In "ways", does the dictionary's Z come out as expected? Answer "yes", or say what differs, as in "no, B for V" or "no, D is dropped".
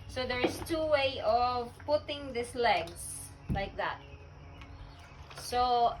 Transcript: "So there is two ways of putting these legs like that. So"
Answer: no, Z is dropped